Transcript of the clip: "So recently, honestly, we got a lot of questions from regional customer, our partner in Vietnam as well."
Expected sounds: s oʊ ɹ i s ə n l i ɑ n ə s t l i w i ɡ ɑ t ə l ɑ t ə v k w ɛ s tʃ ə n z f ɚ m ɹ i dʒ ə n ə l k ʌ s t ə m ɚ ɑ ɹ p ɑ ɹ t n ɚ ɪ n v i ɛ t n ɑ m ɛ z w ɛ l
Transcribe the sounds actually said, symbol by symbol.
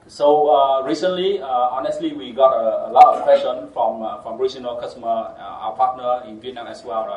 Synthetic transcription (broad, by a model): s oʊ ɹ i s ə n l i ɑ n ə s t l i w i ɡ ɑ t ə l ɑ t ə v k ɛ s ə n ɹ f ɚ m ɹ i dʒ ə n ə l k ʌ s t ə m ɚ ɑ p ɑ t n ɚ ɪ n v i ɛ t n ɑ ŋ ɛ s w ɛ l